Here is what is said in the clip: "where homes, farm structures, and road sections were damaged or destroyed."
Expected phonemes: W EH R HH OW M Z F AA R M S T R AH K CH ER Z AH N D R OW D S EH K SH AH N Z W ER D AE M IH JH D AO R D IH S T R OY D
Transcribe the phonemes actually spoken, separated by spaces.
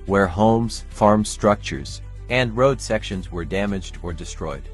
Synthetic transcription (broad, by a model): W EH R HH OW M Z F AA R M S T R AH K CH ER Z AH N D R OW D S EH K SH AH N Z W ER D AE M IH JH D AO R D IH S T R OY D